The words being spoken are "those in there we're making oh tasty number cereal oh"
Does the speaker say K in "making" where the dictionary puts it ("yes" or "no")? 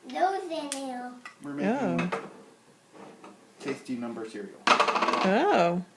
no